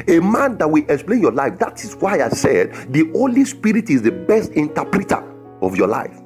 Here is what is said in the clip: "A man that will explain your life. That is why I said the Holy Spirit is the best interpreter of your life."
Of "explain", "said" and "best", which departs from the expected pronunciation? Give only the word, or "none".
none